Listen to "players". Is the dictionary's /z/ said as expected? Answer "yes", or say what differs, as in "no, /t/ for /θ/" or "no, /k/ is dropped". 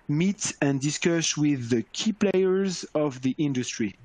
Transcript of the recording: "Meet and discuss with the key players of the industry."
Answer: yes